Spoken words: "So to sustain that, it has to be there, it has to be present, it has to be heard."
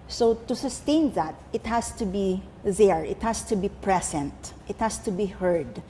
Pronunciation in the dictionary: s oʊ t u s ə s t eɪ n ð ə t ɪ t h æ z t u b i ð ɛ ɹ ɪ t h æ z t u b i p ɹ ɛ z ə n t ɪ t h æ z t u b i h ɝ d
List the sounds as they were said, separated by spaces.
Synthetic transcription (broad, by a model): s oʊ t u s ə s t eɪ n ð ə t ɪ t h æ s t u b i ð ɛ ɹ ɪ t h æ s t u b i p ɹ ɛ s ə n t ɪ t h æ s t u b i h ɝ d